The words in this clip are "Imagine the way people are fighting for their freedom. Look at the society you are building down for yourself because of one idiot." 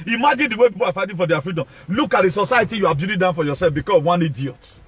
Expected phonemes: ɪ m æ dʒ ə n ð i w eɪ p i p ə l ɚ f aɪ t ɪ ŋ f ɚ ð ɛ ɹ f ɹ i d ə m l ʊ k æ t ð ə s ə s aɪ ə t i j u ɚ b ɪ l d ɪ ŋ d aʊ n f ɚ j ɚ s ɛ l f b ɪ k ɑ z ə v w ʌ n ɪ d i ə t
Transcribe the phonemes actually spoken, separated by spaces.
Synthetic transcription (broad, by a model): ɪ m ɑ dʒ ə n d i w eɪ p i p ə l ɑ f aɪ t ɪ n f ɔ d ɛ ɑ f ɹ i d ə m l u k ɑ t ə s ə s aɪ ə t i j u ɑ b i d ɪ d aʊ n f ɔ j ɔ s ɛ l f b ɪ k ɑ s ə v w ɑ n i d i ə t